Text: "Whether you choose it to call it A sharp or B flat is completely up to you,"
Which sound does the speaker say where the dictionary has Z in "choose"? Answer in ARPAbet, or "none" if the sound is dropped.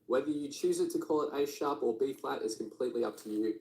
Z